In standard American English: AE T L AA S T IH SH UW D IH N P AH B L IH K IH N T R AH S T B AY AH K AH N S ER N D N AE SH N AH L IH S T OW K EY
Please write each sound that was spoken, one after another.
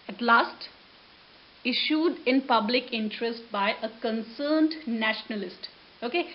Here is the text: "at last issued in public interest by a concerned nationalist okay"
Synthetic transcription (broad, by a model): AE T L AA S T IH SH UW D IH N P AH B L IH K IH N T R AH S T B AY AH K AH N S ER N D N AE SH N AH L IH S T OW K EY